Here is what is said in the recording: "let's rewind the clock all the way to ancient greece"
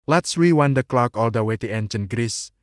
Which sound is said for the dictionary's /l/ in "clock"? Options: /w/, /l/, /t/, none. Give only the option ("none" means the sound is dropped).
/l/